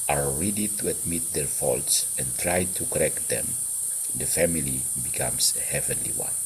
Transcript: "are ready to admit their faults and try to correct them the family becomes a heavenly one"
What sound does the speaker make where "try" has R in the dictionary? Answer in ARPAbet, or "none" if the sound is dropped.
R